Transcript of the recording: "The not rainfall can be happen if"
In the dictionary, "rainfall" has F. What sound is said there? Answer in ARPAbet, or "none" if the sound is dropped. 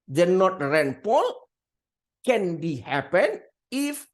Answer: P